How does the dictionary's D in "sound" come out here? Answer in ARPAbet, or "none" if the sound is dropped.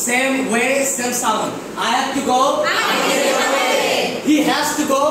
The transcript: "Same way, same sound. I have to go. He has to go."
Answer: none